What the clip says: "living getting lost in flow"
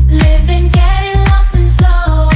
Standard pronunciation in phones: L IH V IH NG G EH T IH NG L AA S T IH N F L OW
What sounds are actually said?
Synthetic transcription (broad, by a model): L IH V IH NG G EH T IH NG L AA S IH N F L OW